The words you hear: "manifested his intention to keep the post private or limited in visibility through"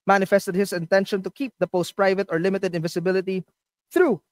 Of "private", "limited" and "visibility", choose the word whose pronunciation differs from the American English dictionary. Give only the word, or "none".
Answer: visibility